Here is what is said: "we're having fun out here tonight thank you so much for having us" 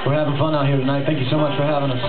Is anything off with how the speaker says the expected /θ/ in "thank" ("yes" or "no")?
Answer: no